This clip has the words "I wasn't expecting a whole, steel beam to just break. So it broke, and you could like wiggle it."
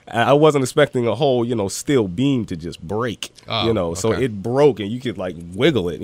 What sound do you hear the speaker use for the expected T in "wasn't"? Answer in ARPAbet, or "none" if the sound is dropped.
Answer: T